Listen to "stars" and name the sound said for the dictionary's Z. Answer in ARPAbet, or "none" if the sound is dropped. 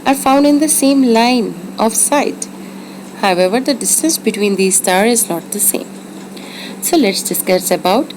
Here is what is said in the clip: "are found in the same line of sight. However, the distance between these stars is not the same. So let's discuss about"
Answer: none